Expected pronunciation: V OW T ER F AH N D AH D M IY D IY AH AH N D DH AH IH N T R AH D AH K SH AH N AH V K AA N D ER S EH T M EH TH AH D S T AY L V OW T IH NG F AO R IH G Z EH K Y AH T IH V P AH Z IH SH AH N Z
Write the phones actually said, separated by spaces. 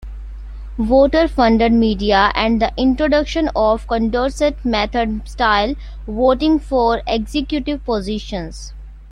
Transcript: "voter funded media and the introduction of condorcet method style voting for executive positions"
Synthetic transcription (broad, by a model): V OW T ER F AH N D AH D M IY D IY AH AH N D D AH IH N T R AH D AH K SH AH N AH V K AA N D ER S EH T M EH T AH D S T AY L V OW T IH NG F AO R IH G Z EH K Y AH T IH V P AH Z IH SH AH N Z